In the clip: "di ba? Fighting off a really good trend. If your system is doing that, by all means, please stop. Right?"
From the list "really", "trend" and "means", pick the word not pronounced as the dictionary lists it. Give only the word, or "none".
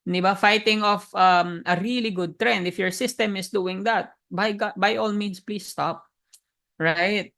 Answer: means